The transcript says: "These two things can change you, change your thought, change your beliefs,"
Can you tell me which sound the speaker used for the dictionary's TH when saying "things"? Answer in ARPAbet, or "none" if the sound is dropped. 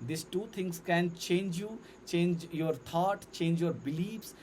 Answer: T